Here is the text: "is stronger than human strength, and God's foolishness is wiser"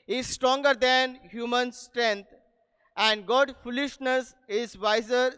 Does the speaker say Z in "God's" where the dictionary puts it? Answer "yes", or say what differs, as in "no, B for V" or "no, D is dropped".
no, Z is dropped